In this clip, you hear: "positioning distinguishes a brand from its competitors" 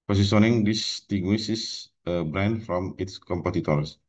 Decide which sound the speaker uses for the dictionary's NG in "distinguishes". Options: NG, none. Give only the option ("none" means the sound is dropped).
none